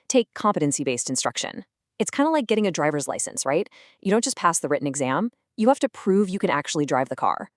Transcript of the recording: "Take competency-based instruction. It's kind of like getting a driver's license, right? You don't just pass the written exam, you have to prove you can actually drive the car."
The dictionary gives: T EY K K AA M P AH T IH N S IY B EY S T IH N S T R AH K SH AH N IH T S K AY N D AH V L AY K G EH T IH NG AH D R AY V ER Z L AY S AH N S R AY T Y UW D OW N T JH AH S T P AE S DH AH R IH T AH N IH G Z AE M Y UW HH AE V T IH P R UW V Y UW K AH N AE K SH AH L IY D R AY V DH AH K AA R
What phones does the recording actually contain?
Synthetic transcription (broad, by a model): T EY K K AA M P AH T IH N S IY B EY S T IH N S T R AH K SH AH N IH T S K AY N D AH L AY K G EH T IH NG AH D R AY V ER Z L AY S AH N S R AY T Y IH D OW N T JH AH S P AE S DH AH R IH T N IH G Z AE M Y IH HH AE F T IH P R UW V Y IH K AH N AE K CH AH L IY D R AY V DH AH K AA R